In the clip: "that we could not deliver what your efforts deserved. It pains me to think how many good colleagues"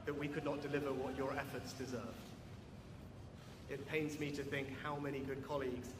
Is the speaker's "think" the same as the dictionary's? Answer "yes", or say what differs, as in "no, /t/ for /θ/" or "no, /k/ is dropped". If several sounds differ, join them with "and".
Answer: yes